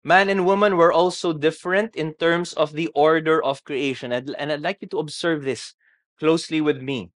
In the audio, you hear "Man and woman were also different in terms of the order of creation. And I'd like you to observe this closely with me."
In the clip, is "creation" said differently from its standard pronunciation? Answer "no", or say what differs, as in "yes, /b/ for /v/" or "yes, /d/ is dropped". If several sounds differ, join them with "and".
no